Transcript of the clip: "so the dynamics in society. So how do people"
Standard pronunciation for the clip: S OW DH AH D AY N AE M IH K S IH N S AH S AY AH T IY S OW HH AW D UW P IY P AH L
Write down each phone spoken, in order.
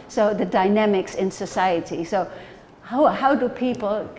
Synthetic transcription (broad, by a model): S OW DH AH D AY N AE M IH K S IH N S AH S AY AH T IY S OW HH AW D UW P IY P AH L